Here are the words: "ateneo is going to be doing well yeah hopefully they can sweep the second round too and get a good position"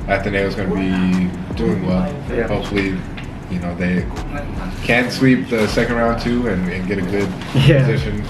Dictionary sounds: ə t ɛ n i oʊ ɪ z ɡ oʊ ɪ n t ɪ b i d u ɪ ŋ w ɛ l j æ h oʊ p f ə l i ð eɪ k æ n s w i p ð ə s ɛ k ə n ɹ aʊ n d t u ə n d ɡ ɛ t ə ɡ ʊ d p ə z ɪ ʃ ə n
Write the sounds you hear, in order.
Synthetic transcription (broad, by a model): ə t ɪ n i ɪ z ɡ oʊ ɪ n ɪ b i d u ɪ ŋ w ɛ l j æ h oʊ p f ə n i ð eɪ k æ n s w i p ð ə s ɛ k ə n ɹ aʊ n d t u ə n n ɡ ɛ t ə ɡ ʊ d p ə z ɪ ʃ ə n